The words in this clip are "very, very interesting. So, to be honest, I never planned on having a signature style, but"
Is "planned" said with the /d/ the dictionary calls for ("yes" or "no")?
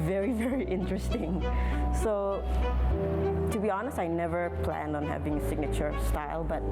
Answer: yes